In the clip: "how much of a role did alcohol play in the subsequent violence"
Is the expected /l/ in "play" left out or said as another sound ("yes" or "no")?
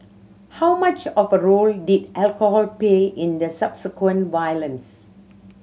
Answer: yes